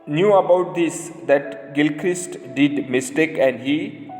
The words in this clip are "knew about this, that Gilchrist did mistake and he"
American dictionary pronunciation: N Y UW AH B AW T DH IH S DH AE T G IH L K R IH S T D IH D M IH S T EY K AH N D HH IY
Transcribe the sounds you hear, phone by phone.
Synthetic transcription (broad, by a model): N Y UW AH B AW T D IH S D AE T G IH L K R IH S T D IH D M IH S T EY K AH N D HH IY